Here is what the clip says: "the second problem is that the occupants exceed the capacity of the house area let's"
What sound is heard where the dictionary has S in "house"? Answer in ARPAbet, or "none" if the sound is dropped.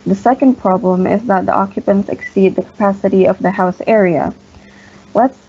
S